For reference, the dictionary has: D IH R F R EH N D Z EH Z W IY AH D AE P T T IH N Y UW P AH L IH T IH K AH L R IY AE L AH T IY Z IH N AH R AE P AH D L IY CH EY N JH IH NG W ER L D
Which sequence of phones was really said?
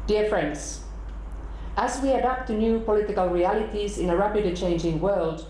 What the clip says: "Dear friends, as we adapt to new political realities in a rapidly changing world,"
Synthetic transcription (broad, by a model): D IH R F R EH N D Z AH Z W IY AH D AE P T T IH N Y UW P AH L IH T IH K AH L R IY AE L AH T IY Z IH N AH R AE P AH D IY CH EY N JH IH NG W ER L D